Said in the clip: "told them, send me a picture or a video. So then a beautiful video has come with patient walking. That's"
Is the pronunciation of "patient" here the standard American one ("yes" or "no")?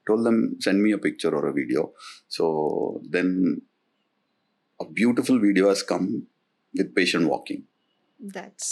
yes